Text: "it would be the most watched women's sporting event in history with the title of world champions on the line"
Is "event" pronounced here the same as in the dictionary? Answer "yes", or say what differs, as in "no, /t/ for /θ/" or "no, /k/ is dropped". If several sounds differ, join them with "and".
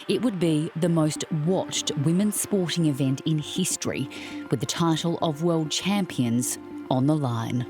yes